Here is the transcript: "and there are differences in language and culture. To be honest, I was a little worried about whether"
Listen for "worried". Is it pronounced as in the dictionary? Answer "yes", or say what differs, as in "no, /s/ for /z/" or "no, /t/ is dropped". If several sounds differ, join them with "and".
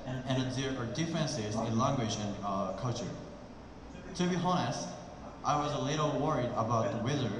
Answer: yes